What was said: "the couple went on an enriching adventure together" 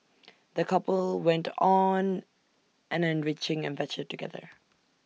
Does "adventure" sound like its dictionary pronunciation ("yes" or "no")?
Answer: no